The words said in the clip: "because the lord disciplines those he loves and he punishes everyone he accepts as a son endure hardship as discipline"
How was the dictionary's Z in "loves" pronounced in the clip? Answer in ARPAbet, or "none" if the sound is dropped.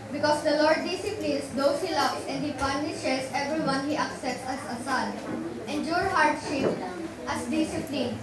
S